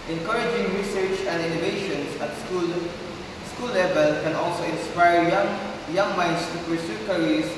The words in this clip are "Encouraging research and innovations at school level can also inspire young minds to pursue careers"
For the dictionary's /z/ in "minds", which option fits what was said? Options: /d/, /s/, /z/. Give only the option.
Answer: /s/